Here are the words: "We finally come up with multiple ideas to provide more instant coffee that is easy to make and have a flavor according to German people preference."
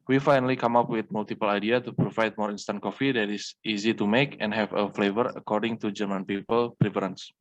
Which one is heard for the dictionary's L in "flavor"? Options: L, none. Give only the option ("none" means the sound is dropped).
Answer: L